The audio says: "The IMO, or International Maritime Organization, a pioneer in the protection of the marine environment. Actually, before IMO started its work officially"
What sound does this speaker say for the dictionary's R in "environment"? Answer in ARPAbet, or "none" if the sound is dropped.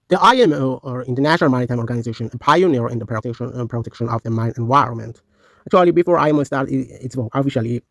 R